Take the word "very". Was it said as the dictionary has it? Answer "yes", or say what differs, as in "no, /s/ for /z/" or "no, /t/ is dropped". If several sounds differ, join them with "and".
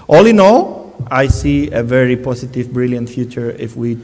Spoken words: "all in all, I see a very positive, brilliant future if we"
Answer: yes